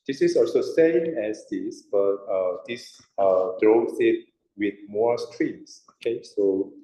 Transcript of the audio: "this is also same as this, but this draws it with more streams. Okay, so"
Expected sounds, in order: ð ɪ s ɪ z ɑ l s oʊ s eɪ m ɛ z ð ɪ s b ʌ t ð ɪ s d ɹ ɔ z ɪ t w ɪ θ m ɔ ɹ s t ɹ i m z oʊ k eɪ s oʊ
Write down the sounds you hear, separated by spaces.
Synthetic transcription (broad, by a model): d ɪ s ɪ s ɑ l s oʊ s eɪ m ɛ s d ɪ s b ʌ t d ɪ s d ɹ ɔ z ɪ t w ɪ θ m ɔ s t ɹ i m s oʊ k eɪ s oʊ